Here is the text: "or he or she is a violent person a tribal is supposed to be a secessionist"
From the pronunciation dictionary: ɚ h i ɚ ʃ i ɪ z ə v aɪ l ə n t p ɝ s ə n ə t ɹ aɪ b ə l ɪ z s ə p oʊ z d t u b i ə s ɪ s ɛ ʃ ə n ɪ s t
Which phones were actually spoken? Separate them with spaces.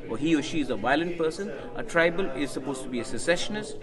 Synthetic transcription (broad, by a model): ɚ h i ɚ ʃ i ɪ z ə v aɪ l ə n t p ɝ s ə n ə t ɹ aɪ b ə l ɪ z s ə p oʊ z t u b i ə s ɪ s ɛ ʃ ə n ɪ s t